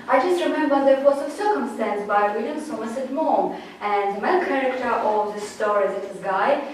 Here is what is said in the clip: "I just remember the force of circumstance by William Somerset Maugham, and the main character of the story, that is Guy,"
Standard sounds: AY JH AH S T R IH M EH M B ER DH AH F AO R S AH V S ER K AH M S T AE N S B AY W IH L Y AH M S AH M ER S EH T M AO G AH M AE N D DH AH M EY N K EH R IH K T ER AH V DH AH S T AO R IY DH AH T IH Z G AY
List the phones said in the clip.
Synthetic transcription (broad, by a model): AY JH AH S T R IH M EH M B ER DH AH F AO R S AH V S ER K AH M S T AE N S B AY W IH L Y AH M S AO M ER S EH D M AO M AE N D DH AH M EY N K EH R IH K T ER AH V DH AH S T AO R IY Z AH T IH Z G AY